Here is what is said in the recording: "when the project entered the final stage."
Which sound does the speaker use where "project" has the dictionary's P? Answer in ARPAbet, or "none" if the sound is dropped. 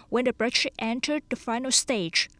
B